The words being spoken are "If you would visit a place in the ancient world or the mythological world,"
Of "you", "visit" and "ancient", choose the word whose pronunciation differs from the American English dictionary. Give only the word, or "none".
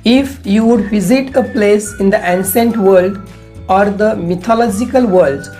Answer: ancient